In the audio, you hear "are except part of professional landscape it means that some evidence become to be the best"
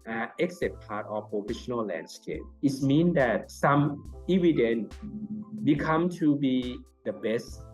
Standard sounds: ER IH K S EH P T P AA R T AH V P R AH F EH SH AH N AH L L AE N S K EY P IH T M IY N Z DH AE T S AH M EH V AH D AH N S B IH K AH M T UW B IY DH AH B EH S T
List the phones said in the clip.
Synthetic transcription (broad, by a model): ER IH K S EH T P AA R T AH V P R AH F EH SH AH N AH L L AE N S K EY P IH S M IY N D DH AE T S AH M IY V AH D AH N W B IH K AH M T UW B IY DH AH B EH S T